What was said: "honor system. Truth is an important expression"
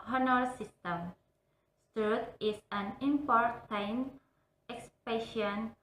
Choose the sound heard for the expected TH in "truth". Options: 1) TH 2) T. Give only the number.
2